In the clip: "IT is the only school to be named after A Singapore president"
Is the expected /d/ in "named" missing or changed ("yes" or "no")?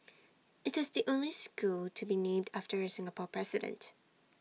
no